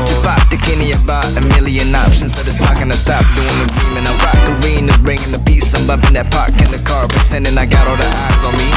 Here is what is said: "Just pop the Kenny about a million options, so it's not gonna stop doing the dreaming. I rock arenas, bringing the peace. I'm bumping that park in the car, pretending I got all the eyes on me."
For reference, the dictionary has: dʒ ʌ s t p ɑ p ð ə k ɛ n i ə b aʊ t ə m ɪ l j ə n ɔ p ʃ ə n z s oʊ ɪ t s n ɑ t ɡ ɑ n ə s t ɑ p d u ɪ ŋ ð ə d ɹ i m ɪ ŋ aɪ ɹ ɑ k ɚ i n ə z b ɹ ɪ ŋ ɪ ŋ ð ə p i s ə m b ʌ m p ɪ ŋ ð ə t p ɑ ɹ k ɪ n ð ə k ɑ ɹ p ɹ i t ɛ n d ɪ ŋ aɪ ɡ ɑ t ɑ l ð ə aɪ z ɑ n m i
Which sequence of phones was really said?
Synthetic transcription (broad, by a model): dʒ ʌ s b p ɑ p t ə k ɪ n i ə b aʊ t ə m ɪ l j ə n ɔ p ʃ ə n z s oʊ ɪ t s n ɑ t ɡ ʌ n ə s t ɑ p d u ɪ ŋ ð ə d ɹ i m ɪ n aɪ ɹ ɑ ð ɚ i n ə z b ɹ ɪ ŋ ɪ ŋ ð ə p i s ə m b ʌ p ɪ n ð ə t p ɑ ɹ k ɪ n ð ə k ɑ ɹ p i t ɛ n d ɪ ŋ aɪ ɡ ɑ t ɑ l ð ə aɪ z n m i